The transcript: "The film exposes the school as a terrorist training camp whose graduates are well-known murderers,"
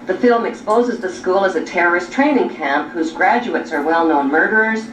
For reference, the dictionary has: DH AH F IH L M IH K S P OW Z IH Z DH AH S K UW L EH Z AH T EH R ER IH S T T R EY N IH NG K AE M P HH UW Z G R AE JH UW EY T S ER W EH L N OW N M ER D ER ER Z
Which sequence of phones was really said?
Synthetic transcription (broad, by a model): DH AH F IH L M IH K S P OW Z IH Z DH AH S K UW L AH Z AH T EH R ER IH S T T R EY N IH NG K AE M P HH UW Z G R AE JH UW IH T S ER W EH L N OW N M ER D ER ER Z